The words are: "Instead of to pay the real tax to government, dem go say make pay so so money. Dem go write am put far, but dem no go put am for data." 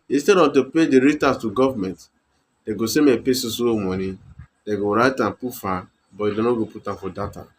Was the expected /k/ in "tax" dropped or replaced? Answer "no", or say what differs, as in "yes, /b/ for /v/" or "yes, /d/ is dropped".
yes, /k/ is dropped